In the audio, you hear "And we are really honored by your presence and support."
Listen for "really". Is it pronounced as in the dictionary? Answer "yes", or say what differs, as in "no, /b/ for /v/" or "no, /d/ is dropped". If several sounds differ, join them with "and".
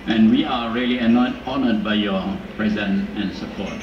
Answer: no, /l/ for /ɹ/ and /n/ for /l/